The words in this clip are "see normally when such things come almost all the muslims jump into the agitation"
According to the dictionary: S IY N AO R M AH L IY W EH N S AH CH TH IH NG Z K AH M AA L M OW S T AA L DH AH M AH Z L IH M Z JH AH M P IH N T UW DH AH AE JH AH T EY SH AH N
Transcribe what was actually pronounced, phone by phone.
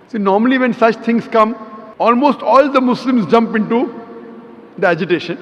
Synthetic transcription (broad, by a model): S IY N AO R M AH L IY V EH N S AH CH T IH NG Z K AH M AA L M OW S T AA L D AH M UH S L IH M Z JH AH M P IH N T UW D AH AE JH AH T EY SH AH N